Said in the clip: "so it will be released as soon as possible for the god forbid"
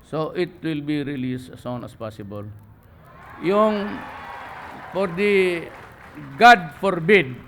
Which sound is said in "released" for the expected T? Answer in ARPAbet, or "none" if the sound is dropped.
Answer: none